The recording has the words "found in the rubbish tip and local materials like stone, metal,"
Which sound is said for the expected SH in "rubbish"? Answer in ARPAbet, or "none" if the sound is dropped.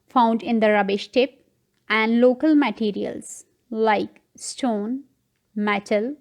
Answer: SH